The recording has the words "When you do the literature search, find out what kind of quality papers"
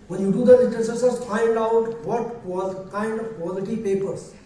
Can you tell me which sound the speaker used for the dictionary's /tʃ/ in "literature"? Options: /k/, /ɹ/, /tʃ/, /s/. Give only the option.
/s/